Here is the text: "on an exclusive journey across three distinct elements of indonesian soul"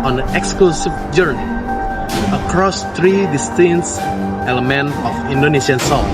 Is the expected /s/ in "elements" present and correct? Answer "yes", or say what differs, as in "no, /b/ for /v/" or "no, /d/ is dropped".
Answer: no, /s/ is dropped